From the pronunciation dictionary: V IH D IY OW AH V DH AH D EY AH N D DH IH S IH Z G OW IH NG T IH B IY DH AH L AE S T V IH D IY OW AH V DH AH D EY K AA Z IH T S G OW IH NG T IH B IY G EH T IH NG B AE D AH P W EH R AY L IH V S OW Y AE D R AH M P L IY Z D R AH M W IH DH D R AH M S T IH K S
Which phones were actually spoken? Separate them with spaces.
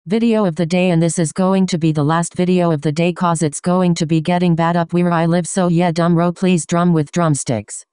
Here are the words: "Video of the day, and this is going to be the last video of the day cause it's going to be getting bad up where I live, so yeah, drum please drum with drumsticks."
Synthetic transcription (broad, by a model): V IH D IY OW AH V DH AH D EY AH N DH IH S IH Z G OW IH NG T IH B IY DH AH L AE S T V IH D IY OW AH V DH AH D EY K AA Z IH T S G OW IH NG T IH B IY G EH T IH NG B AE D AH P W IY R AY L IH V S OW Y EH D AH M P L IY Z D R AH M W IH DH D R AH M S T IH K S